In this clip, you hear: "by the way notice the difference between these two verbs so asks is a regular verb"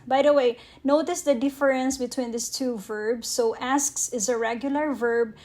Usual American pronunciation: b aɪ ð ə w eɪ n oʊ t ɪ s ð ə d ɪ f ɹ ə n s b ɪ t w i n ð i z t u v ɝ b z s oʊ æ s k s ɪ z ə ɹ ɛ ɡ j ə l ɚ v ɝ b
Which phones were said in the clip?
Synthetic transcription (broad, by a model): b aɪ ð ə w eɪ n oʊ t ɪ s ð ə d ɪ f ɹ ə n s b ɪ t w i n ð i s t u v ɝ b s oʊ æ s k s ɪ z ə ɹ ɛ ɡ j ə l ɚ v ɝ b